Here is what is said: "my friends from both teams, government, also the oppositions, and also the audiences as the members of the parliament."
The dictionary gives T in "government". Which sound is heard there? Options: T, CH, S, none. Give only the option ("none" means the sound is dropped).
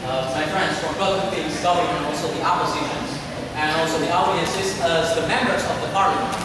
none